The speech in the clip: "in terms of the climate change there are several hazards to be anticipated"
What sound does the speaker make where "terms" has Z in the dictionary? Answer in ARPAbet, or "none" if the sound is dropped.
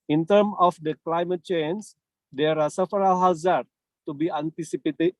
none